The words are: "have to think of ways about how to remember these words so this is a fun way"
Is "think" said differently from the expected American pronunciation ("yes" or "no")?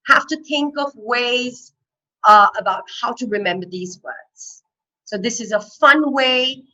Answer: no